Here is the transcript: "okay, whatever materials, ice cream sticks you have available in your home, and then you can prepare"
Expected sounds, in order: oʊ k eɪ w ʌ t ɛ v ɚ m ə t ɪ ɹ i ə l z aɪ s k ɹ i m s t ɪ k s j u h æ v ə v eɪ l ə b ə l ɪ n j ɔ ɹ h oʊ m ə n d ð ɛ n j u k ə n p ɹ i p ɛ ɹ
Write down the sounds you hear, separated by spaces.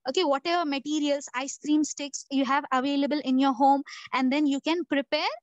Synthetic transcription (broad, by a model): oʊ k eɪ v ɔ t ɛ v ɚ m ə t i ɹ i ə l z aɪ s k ɹ i m s t ɪ k s j u h æ v ə v eɪ l ə b ə l ɪ n j ɔ ɹ h oʊ m ə n d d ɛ n j u k ə n p ɹ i p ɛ ɹ